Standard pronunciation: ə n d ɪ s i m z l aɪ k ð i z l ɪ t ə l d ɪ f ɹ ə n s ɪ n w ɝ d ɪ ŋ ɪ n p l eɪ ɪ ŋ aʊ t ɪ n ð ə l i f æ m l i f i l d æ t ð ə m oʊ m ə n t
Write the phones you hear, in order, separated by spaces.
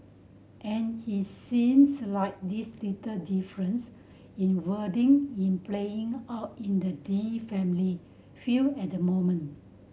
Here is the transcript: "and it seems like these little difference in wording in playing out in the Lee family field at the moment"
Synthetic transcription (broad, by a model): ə n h ɪ s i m s l aɪ k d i s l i t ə d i f ɹ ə n s ɪ n w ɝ d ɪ ŋ ɪ n p l eɪ ɪ ŋ aʊ t ɪ n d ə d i f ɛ m l i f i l ɛ t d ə m oʊ m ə n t